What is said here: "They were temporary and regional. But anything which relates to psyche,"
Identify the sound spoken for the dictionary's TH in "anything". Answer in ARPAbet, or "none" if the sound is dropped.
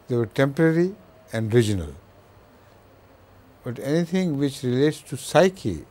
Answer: T